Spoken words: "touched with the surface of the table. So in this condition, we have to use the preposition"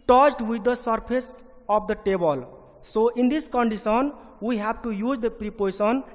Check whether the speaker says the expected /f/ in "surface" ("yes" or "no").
no